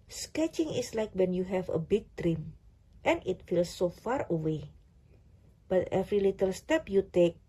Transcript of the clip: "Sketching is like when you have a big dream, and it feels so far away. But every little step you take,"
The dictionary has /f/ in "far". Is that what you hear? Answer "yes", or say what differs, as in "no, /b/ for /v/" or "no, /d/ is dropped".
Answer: yes